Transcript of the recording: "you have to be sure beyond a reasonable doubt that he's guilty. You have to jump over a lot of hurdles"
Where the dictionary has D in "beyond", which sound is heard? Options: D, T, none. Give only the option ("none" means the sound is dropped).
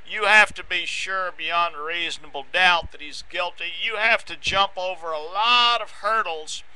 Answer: D